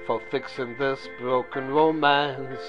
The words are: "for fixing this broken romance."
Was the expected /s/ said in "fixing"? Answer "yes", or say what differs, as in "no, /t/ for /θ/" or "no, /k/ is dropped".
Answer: yes